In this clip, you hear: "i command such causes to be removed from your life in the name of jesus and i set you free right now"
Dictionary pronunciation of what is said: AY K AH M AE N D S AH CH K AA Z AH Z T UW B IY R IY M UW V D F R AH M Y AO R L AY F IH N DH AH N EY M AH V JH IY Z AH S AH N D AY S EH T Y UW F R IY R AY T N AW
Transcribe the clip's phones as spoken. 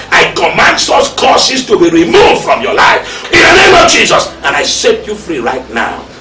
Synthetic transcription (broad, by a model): AY K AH M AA N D S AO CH K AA S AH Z T UW B IY R IY M UW V D F R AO M Y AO L AY F IH N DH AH N EY M AH V JH IY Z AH S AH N AY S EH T Y UW F R IY R AY T N AW